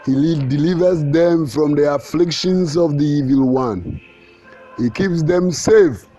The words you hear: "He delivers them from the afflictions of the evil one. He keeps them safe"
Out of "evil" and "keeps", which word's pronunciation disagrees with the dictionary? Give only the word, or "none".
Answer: none